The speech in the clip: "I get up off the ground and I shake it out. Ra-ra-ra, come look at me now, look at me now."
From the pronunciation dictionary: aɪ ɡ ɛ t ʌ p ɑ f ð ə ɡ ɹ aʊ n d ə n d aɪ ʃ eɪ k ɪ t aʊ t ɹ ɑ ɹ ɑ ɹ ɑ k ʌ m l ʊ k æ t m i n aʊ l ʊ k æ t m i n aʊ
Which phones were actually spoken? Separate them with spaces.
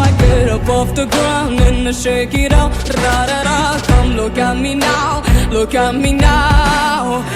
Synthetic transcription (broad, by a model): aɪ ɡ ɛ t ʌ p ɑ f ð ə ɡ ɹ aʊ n ə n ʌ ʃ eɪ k ɪ t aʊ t ɹ ɑ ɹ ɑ ɹ ɑ k ʌ m l ʊ k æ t m i n aʊ l ʊ k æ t m i n aʊ